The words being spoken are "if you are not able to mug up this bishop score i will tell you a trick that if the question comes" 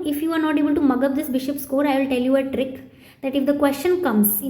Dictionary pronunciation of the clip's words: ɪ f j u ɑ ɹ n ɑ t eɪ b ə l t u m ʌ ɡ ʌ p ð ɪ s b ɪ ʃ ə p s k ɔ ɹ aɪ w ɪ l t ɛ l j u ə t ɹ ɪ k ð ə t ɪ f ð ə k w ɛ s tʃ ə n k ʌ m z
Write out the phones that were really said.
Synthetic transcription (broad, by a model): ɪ f j u ɑ ɹ n ɑ t eɪ b ə l t u m ʌ ɡ ʌ p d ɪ s b ɪ ʃ ə p s k ɔ ɹ aɪ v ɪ l t ɛ l j u ə t ɹ ɪ k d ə t ɪ f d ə k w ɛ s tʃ ə n k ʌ m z